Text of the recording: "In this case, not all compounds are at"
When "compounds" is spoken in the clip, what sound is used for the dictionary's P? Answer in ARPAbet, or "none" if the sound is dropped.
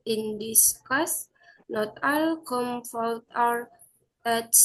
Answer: F